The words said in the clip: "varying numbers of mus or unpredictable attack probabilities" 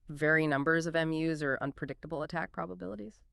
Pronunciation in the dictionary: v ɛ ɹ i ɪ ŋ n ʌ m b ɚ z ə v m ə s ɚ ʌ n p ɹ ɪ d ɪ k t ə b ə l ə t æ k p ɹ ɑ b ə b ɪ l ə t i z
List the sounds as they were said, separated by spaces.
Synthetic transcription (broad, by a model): v ɛ ɹ i n ʌ m b ɚ z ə v m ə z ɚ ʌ n p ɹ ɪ d ɪ k t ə b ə l ə t æ k p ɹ ɑ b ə b ɪ l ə t i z